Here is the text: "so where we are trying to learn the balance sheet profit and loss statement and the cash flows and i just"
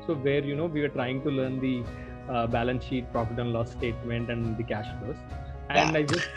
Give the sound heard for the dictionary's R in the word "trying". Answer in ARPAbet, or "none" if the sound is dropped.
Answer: R